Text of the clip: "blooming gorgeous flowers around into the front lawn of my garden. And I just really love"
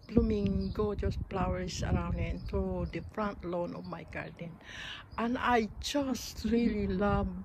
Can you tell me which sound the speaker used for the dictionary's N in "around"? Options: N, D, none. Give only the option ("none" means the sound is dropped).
N